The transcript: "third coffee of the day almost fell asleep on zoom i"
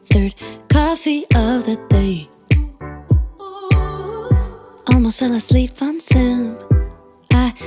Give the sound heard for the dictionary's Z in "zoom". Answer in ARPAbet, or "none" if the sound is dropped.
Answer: S